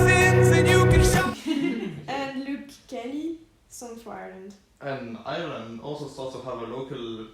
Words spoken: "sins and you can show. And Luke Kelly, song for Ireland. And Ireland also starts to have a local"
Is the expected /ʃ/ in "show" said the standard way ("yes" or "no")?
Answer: no